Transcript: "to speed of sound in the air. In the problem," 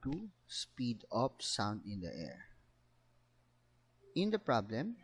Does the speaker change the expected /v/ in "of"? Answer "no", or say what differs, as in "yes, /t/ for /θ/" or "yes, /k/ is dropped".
yes, /p/ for /v/